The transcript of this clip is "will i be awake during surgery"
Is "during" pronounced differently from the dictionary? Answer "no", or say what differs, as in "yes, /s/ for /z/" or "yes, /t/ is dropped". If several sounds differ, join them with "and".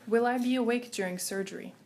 no